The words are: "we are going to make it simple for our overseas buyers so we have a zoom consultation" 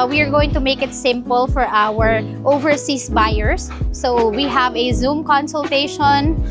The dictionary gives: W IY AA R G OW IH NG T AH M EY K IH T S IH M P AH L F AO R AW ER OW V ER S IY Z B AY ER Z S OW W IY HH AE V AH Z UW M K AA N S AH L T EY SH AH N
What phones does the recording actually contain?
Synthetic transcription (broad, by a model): W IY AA R G OW IH NG T AH M EY K IH T S IH M P AH L F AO R AW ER OW V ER S IY S B AY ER S OW W IY HH AE V AH Z UW M K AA N S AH L T EY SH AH N